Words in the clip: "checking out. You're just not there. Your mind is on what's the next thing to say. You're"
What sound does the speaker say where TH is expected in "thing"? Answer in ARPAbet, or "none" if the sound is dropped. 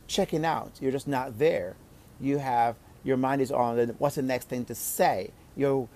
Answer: TH